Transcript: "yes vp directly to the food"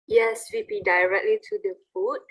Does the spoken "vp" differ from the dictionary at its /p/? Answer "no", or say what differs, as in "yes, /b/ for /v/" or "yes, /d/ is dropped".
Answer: yes, /b/ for /p/